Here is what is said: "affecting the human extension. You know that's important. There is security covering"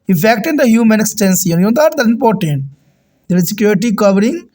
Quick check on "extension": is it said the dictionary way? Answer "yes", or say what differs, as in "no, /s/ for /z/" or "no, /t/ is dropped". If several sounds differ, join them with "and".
no, /s/ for /ʃ/